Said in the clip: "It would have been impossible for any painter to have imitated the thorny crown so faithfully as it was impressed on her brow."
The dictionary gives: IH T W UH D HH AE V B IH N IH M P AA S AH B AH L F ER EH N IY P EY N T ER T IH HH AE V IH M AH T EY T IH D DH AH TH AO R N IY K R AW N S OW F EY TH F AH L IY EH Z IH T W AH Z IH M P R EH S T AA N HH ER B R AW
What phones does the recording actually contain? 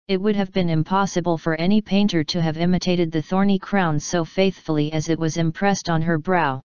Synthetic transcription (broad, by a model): IH T W UH D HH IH V B IH N IH M P AA S AH B AH L F ER EH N IY P EY N T ER T IH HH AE V IH M AH T EY T IH D DH AH TH AO R N IY K R AW N S OW F EY TH F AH L IY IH Z IH T W AH Z IH M P R EH S T N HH ER B R AW